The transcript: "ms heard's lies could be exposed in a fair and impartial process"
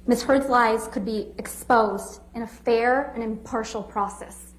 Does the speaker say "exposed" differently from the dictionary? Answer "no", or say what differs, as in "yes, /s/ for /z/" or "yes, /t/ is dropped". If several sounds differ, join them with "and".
no